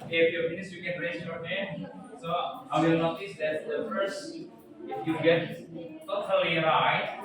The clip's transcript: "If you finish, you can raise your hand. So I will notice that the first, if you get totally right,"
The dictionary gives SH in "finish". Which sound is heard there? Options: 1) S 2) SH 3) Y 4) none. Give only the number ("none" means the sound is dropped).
1